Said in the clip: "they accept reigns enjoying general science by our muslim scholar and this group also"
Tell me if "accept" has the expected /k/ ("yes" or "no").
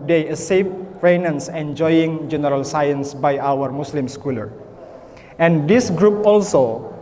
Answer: no